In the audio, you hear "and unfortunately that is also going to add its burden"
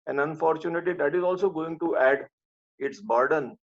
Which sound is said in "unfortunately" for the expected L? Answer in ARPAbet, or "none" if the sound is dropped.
none